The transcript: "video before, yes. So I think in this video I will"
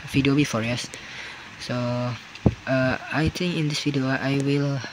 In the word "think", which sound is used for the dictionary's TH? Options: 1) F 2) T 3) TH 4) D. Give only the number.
2